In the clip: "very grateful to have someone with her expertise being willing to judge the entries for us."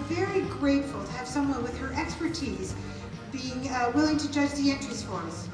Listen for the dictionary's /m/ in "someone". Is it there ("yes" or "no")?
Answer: yes